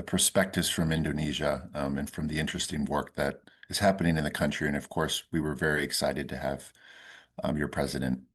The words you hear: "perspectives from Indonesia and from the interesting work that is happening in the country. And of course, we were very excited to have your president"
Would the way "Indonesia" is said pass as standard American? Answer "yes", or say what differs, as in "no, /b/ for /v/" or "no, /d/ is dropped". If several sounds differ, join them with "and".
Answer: yes